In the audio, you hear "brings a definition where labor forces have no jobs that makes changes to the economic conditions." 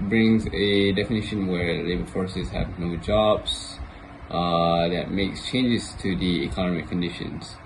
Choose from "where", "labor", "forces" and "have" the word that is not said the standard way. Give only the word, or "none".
none